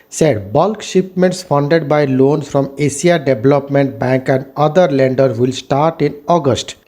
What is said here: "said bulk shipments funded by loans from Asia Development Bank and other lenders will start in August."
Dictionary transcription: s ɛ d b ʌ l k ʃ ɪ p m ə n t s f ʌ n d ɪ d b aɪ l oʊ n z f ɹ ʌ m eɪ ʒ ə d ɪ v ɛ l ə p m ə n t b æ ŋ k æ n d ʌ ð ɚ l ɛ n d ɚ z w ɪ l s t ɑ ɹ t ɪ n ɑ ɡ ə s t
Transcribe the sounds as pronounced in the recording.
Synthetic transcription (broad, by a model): s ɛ d b ʌ l k ʃ ɪ p m ə n t s f ʌ n d ɪ d b aɪ l oʊ n s f ɹ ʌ m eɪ s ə d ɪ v l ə p m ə n t b æ ŋ k æ n d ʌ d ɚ l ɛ n d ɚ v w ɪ l s t ɑ ɹ t ɪ n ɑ ɡ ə s t